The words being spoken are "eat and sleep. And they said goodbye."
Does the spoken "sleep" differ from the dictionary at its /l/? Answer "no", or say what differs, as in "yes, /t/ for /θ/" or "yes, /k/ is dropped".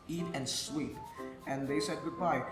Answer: yes, /w/ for /l/